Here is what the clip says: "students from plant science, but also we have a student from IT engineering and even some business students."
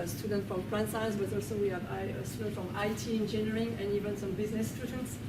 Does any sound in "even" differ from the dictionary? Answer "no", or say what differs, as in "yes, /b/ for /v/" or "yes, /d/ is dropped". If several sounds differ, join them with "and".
no